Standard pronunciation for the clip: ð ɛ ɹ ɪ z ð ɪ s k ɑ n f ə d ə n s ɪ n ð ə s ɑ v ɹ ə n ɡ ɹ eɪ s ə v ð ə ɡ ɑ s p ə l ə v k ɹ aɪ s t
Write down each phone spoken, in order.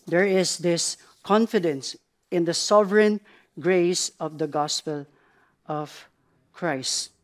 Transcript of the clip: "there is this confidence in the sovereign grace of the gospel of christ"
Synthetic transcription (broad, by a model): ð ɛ ɹ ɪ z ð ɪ s k ɑ n f ə d ə n s ɪ n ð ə s ɑ v ɹ ə n ɡ ɹ eɪ s ə v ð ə ɡ ɑ s p ə l ə v k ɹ aɪ s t